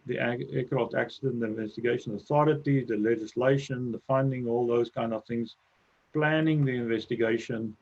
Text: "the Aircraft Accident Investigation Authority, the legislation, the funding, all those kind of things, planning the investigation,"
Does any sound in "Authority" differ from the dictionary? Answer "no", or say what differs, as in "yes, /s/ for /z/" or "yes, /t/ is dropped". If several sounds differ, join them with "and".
no